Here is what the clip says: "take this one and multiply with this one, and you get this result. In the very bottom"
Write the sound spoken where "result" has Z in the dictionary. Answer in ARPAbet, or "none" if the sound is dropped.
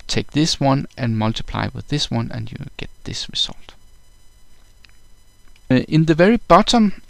S